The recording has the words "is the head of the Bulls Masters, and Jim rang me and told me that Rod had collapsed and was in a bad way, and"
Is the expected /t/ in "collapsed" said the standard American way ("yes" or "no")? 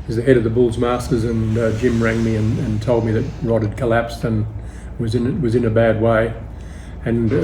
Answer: yes